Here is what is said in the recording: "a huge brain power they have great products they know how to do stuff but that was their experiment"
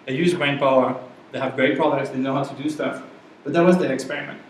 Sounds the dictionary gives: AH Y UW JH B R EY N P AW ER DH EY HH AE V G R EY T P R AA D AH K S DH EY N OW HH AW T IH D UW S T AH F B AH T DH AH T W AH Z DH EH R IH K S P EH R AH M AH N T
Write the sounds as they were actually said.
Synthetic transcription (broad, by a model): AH Y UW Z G R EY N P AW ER DH EY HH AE V G R EY T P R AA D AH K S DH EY N OW HH AW T IH D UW S T AH F B AH T DH AH T W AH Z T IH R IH K S P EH R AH M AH N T